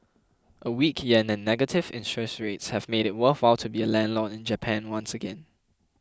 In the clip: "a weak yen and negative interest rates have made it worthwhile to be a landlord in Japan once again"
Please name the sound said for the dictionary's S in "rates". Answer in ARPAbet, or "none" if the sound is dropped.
S